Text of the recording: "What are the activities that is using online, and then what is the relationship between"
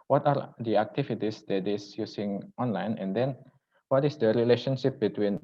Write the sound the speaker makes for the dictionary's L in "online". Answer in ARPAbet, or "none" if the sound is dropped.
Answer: L